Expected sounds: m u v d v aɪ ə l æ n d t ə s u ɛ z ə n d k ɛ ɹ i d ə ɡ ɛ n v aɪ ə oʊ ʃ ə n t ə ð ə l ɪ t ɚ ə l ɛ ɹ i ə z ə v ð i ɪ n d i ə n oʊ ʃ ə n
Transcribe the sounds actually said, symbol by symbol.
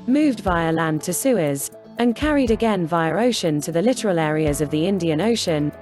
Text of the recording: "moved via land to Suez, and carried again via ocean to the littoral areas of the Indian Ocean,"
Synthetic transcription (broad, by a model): m u v d v aɪ ə l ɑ n t ə s u ɛ z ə n k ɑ ɹ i d ə ɡ ɛ n v aɪ ə oʊ ʃ ə n t ə ð ə l ɪ t ɚ ə l ɛ ɹ i ə z ə v ð i ɪ n d i ə n oʊ ʃ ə n